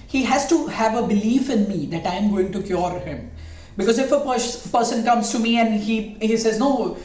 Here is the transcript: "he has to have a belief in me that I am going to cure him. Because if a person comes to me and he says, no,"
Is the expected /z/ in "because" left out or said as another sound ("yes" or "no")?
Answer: no